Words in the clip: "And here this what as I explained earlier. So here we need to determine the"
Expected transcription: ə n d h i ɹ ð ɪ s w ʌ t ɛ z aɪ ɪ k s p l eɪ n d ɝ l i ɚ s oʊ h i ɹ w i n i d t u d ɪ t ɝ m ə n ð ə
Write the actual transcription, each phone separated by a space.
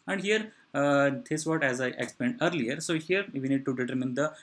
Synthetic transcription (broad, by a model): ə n d h i ɹ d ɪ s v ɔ t ɛ z aɪ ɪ k s p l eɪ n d ɝ l i ɚ s oʊ h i ɹ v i n i d t u d ɪ t ɝ m ə n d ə